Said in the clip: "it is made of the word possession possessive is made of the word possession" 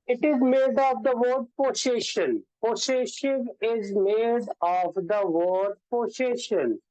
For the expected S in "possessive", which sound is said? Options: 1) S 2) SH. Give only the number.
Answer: 2